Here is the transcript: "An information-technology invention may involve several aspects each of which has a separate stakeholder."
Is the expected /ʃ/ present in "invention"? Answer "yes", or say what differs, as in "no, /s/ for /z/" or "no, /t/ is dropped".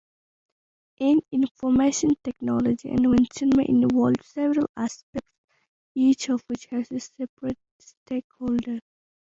no, /s/ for /ʃ/